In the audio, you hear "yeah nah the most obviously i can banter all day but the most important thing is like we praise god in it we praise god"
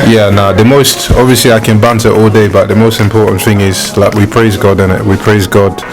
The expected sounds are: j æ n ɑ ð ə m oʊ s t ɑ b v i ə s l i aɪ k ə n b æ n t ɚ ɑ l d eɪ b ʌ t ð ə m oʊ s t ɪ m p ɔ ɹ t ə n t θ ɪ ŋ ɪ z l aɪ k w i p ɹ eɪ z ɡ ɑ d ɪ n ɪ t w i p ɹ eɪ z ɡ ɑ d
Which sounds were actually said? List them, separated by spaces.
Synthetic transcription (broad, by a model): j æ n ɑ ð ə m oʊ s t ɑ b v i ə s l i aɪ k ə n b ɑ n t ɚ ɑ l d eɪ b ʌ t ð ə m oʊ s t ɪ m p ɔ ɹ t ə n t θ ɪ ŋ ɪ z l aɪ k w i p ɹ eɪ z ɡ ɑ d ɪ n ɪ t w i p ɹ eɪ z ɡ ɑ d